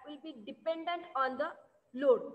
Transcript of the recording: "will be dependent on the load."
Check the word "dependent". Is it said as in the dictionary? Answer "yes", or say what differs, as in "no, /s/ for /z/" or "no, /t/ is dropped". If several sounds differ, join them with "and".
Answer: yes